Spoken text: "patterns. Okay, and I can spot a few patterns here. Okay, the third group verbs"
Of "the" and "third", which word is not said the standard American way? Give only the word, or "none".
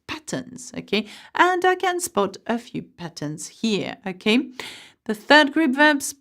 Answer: none